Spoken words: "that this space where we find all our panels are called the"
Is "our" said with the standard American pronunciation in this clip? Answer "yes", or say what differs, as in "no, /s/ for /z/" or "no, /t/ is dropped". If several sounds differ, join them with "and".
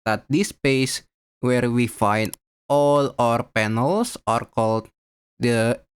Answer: yes